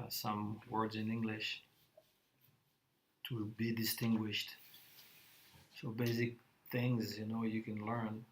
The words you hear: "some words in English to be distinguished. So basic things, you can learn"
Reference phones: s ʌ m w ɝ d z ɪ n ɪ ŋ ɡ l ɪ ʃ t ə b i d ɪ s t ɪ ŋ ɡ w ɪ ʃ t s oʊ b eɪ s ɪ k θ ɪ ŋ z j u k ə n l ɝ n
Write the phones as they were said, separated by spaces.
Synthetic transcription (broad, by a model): s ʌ m w ɝ d z ɪ n ɪ ŋ ɡ l ɪ ʃ t ə b i d ɪ s t ɪ ŋ ɡ w ɪ ʃ t s oʊ b eɪ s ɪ k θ ɪ ŋ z j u k ə n l ɝ n